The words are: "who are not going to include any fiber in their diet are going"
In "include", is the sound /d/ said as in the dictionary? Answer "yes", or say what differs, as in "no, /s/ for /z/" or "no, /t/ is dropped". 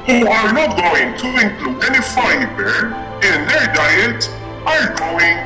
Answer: no, /d/ is dropped